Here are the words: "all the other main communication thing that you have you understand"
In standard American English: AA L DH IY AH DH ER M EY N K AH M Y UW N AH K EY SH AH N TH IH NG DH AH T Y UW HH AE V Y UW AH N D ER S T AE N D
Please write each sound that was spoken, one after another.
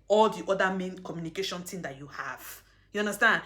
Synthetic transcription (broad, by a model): AA L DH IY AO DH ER M EY N K AH M Y UW N AH K EY SH AH N T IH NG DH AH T Y UW HH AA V Y UW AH N D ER S T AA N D